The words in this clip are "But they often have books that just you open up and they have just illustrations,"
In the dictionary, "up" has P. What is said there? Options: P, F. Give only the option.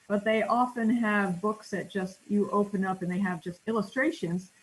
P